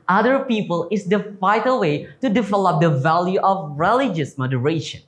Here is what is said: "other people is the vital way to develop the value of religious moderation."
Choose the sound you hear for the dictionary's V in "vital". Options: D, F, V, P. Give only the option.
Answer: F